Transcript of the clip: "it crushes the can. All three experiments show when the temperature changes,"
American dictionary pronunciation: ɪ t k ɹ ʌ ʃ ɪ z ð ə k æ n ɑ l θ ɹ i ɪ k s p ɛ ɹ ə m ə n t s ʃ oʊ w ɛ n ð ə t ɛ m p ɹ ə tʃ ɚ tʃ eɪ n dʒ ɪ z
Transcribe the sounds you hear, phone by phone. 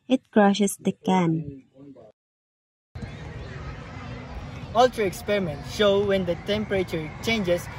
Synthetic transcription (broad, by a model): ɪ t k ɹ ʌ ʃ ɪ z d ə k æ n ɑ l t ɹ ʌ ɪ k s p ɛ ɹ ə m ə n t ʃ oʊ w ɛ n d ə t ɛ m p ɹ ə tʃ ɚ tʃ eɪ n dʒ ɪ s